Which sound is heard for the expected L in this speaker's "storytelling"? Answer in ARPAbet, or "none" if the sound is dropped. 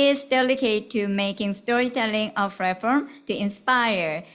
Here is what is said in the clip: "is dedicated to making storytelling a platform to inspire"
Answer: L